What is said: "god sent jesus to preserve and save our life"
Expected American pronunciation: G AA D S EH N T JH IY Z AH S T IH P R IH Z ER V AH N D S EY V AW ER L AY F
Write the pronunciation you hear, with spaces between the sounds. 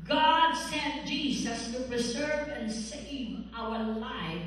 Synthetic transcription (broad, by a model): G AA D S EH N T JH IY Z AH S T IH P R IH Z ER V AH N S EY V AW ER L AY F